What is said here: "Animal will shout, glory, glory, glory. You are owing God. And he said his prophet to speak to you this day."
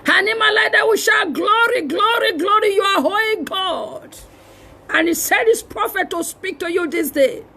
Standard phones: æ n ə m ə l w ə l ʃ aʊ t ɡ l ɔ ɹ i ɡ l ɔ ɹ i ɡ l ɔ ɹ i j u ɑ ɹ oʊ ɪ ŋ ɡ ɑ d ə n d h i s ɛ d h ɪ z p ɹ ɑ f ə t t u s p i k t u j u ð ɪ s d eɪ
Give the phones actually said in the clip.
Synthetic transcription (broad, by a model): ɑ n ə m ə l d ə w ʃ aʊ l ɡ l ɔ ɹ i ɡ l ɔ ɹ i ɡ l ɔ ɹ i j u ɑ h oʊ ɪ ɡ ɑ d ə n h i s ɛ d h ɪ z p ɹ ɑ f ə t t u s p i k t u j u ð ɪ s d eɪ